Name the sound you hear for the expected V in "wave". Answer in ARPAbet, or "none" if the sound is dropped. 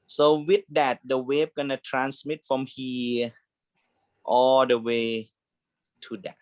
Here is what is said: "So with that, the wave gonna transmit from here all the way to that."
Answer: P